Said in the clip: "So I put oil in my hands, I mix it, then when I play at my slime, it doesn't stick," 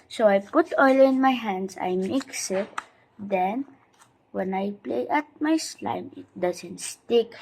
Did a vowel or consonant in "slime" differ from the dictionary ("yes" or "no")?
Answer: no